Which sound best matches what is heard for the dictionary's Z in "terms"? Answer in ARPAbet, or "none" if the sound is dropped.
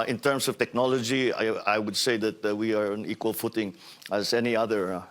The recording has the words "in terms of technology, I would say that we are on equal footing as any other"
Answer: S